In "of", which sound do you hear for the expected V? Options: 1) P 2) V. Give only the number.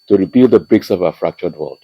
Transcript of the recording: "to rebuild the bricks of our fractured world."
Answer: 2